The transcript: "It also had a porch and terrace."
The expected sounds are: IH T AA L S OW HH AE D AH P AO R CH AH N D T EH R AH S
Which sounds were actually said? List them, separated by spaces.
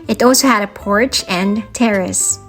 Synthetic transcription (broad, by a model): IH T AA L S OW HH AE D AH P AO R CH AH N T EH R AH S